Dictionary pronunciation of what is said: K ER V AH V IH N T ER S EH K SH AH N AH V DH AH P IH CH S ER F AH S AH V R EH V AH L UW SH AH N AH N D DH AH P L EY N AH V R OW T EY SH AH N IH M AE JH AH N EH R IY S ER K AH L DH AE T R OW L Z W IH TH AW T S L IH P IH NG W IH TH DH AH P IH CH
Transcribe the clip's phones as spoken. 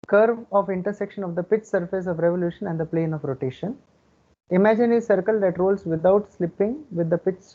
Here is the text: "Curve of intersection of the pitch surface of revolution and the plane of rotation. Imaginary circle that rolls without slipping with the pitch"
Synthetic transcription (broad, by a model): K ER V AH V IH N T ER S EH K SH AH N AH V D AH P IH CH S ER F AH S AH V R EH V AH L UW SH AH N AH N D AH P L EY N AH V R OW T EY SH AH N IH M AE JH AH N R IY S ER K AH L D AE T R OW L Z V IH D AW T S L IH P IH NG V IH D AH P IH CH